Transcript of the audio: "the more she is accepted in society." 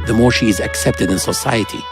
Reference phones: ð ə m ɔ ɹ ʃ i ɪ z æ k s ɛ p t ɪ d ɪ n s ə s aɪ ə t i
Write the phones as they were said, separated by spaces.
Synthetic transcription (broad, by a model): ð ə m ɔ ɹ ʃ i ɪ z æ k s ɛ p t ɪ d ɪ n s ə s aɪ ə t i